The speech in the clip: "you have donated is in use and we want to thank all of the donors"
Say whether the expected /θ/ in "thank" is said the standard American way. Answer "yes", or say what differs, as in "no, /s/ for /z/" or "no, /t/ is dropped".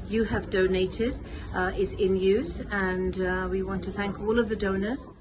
yes